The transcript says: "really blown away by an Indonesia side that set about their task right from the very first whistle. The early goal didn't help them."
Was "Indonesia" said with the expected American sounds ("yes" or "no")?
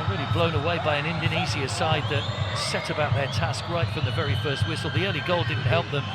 no